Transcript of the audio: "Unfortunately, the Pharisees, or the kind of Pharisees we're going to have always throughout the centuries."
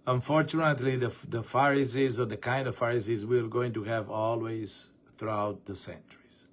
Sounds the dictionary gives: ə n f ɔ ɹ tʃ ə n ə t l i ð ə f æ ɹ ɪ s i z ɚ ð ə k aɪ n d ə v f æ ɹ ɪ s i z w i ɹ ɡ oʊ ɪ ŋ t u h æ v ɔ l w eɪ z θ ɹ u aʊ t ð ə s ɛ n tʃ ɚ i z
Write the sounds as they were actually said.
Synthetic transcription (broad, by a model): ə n f ɔ ɹ tʃ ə n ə t l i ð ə f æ ɹ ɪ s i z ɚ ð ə k aɪ n d ə v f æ ɹ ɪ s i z w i l ɡ oʊ ɪ ŋ t u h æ v ɔ l w eɪ z θ ɹ u aʊ t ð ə s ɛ n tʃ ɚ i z